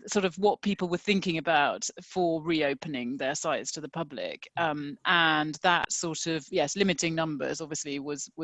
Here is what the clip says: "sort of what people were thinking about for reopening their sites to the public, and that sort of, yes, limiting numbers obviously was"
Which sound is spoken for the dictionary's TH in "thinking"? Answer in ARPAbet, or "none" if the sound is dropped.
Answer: TH